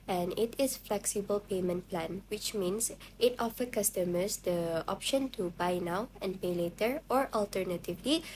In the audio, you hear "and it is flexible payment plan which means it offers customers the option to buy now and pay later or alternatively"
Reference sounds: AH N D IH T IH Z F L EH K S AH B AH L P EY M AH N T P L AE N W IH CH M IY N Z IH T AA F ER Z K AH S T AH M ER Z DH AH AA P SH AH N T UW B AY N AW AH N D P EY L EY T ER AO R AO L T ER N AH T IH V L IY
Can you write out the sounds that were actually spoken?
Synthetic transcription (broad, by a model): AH N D IH T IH S F L EH K S AH B AH L P EY M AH N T P L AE N W IH CH M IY N S IH T AA F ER K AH S T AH M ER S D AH AA P SH AH N T UW B AY N AW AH N P EY L EY T ER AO R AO L T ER N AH T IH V L IY